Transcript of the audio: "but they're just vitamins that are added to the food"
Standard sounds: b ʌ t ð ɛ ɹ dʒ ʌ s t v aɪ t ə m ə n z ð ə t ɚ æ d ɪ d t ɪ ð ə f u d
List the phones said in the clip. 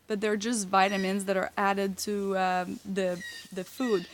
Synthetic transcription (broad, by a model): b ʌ t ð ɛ ɹ dʒ ʌ s t v aɪ t ə m ə n z ð ə t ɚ æ d ɪ d t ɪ ð ə f u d